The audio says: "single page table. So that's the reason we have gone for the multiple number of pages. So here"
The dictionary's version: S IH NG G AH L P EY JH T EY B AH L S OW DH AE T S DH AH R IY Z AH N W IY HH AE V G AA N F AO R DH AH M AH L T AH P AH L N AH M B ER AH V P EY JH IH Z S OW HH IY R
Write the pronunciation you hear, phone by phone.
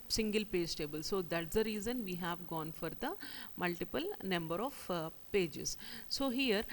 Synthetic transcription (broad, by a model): S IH NG G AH L P EY JH T EY B AH L S OW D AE T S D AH R IY Z AH N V IY HH AE V G AA N F AO R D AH M AH L T AH P AH L N AH M B ER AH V P EY JH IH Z S OW HH IY R